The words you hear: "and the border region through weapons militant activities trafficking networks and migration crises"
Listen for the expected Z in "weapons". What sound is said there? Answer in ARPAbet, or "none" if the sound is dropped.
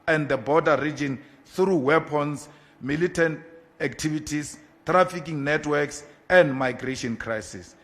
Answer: S